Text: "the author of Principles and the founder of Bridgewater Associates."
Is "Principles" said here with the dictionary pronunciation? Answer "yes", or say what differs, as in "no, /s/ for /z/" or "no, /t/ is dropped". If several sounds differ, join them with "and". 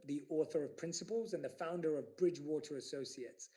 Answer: yes